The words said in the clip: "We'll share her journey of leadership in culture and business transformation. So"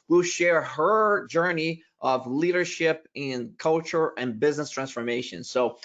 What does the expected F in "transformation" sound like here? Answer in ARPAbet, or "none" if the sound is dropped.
F